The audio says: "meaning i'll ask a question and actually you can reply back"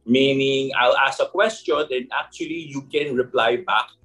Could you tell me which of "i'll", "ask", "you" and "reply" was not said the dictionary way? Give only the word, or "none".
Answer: ask